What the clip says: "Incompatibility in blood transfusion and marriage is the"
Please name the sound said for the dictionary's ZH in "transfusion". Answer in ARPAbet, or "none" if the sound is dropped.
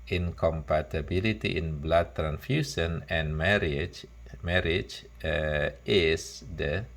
S